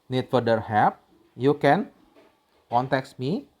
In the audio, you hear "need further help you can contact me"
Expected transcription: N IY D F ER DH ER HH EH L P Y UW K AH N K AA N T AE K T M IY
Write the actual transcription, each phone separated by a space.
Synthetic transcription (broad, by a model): N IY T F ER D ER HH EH P Y UW K AH N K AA N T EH K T M IY